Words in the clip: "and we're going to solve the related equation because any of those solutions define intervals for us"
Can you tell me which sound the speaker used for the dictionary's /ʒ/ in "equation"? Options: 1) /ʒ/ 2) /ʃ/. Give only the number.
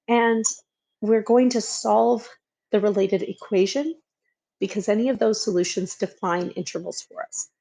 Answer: 1